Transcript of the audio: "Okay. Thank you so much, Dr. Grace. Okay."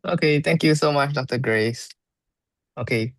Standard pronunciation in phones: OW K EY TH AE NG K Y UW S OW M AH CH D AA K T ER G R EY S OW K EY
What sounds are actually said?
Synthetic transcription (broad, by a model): OW K EY T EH NG K Y UW S OW M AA CH D AA K T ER G R EY S OW K EY